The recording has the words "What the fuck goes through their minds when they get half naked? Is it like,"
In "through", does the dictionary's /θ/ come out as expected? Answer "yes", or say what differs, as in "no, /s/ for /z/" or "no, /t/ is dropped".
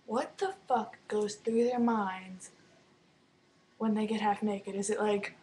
yes